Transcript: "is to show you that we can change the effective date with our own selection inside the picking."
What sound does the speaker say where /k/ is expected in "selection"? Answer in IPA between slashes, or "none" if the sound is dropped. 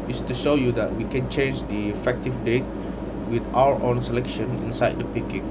/k/